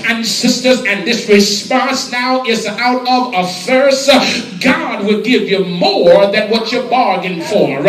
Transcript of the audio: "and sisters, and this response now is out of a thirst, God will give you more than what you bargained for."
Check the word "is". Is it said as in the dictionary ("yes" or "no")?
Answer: yes